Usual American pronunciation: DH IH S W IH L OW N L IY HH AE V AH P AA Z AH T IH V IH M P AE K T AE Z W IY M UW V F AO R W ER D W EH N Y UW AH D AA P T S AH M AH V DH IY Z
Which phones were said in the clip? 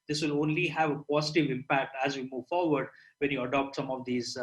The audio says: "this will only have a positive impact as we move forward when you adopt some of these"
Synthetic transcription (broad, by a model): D IH S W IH L OW N L IY HH AE V AH P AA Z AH T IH V IH M P AE K T AE Z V IY M UW V F AO R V ER D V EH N Y UW AH D AA P T S AH M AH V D IY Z